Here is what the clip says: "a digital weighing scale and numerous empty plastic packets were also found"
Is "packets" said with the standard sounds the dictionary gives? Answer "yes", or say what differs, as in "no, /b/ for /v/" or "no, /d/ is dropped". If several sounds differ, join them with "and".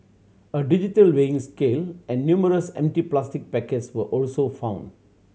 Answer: yes